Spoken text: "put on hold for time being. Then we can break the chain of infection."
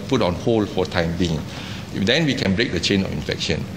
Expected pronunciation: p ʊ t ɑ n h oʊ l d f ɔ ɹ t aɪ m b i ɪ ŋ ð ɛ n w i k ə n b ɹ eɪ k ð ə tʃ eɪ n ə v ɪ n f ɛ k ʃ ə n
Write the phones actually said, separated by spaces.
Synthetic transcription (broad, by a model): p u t ɑ n h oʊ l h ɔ l t aɪ m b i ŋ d ɛ n w i k ə n b ɹ eɪ k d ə tʃ eɪ n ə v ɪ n f ɛ k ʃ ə n